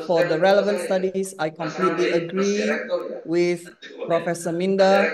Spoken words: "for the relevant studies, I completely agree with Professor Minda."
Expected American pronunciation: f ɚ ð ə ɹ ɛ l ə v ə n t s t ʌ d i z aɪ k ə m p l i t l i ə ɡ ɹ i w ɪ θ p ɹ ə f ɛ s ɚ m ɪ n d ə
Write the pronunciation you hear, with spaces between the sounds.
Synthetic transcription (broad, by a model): f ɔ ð ə ɹ ɛ l ə v ə n t s t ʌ d i s aɪ k ə m p l i t l i ə ɡ ɹ i w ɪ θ p ɹ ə f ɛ s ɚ m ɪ n d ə